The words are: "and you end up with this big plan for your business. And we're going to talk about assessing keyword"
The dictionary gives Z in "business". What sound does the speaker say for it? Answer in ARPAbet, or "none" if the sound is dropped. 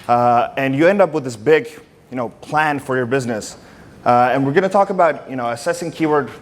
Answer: Z